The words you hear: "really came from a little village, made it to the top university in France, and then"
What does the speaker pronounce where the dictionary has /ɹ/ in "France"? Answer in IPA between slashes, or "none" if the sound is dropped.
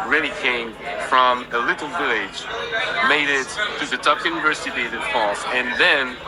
none